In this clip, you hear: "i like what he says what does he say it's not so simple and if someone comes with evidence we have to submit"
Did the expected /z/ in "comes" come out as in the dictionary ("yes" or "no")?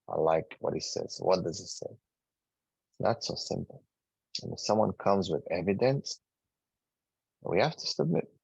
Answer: yes